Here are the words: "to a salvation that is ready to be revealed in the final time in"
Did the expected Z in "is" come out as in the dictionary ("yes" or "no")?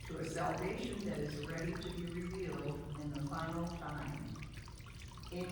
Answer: yes